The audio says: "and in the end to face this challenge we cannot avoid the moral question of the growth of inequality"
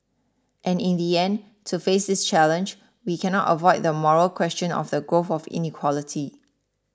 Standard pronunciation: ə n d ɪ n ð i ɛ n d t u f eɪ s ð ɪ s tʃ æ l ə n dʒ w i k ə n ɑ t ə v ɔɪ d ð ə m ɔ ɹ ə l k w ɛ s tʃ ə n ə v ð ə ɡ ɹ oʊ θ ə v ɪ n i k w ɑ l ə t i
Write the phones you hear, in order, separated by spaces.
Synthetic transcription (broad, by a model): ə n ɪ n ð i ɛ n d t u f eɪ s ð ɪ s tʃ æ l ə n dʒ w i k ə n ɑ t ə v ɔɪ d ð ə m ɔ ɹ ə l k w ɛ s tʃ ə n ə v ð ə ɡ oʊ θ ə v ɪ n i k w ɑ l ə t i